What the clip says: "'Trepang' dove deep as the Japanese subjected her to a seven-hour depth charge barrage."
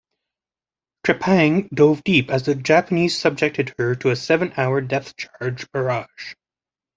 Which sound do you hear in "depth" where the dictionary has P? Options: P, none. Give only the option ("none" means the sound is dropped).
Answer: none